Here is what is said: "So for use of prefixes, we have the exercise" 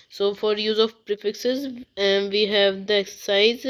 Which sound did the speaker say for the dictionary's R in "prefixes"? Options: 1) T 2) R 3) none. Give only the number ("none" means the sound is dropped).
2